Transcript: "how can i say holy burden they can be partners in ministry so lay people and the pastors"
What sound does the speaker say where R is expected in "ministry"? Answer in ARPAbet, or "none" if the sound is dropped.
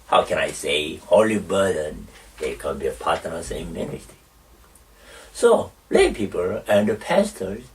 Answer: none